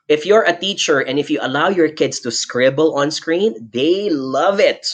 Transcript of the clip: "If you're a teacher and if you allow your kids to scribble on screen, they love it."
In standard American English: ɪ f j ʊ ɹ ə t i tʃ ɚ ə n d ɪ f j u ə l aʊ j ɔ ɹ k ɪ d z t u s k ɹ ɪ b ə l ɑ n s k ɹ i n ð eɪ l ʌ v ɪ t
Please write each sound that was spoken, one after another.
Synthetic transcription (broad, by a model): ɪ f j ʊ ɹ ə t i tʃ ɚ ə n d ɪ f j u ə l aʊ j ɔ ɹ k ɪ d s t u s k ɹ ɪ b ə l ɑ n s k ɹ i n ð eɪ l ʌ v ɪ t